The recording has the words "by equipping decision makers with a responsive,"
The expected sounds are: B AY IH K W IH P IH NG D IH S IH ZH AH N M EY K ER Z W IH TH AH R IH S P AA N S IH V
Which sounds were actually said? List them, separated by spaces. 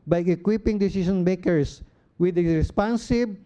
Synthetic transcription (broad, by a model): B AY IH K W IH P IH NG D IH S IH SH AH N M EY K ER S W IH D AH R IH S P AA N S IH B